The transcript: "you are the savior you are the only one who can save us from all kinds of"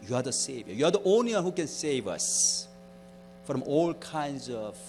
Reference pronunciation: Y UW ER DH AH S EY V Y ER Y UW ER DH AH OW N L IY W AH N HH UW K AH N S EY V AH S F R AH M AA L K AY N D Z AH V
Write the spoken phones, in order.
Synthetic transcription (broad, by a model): Y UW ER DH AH S EY V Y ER Y UW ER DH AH OW N L IY W AH N HH UW K AH N S EY V AH S F R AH M AA L K AY N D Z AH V